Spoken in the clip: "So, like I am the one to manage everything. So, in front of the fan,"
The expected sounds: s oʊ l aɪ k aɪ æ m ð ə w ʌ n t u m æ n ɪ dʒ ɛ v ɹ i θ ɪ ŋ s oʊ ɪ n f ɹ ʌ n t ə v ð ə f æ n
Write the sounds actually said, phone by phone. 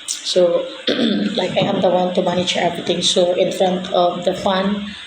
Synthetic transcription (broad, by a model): s oʊ l aɪ k aɪ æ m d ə w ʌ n t u m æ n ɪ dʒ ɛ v ɹ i t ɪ ŋ s oʊ ɪ n f ɹ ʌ n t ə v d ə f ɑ n